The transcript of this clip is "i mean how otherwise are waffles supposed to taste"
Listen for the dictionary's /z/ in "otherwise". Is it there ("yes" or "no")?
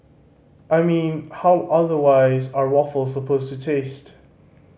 yes